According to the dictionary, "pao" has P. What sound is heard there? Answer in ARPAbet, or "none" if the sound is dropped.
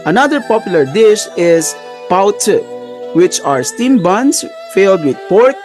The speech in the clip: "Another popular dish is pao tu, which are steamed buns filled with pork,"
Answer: P